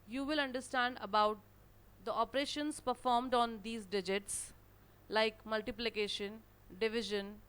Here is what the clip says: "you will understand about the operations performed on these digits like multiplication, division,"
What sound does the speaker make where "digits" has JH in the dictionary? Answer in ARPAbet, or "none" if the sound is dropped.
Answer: JH